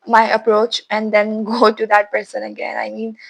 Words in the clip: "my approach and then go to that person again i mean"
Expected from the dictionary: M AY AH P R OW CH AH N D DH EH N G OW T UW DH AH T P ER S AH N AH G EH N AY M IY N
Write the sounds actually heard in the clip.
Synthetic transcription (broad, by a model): M AY AH P R OW CH AH N D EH N G OW T UW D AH T P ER S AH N AH G EH N AY M IY N